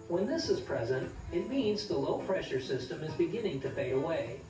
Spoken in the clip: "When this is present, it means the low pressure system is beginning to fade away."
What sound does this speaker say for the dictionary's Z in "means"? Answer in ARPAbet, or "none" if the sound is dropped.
Z